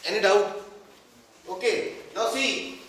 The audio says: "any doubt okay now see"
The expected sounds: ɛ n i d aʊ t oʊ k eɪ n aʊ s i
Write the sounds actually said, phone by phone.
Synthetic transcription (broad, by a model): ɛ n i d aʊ oʊ k eɪ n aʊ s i